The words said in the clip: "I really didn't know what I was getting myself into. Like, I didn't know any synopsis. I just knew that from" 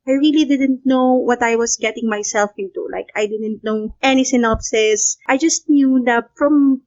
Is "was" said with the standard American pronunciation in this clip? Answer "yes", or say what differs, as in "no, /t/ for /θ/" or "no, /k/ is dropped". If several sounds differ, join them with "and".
no, /s/ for /z/